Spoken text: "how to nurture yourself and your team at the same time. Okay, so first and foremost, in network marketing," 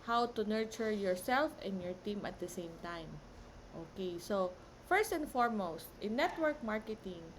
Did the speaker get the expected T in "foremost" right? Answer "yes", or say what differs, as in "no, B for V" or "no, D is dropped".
yes